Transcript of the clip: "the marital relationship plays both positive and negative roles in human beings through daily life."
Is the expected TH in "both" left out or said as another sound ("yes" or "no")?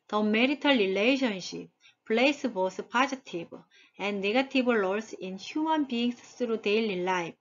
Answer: yes